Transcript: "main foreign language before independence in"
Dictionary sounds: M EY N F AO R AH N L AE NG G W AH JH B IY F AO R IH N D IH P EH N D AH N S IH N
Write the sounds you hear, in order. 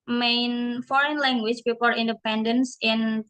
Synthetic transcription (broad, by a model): M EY N F AO R AH N L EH NG G W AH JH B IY P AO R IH N D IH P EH N D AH N S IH N